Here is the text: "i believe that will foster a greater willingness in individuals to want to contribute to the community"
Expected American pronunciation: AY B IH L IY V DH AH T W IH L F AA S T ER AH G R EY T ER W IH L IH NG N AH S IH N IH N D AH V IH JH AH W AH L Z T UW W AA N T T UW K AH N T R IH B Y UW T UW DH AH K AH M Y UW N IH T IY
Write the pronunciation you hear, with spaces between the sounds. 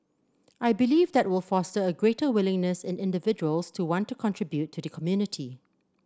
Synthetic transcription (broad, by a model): AY B IH L IY V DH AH T W IH L F AA S T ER AH G R EY T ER W IH L IH NG N AH S IH N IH N D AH V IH JH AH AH L S T UW W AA N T T UW K AH N T R IH B Y UW T UW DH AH K AH M Y UW N IH T IY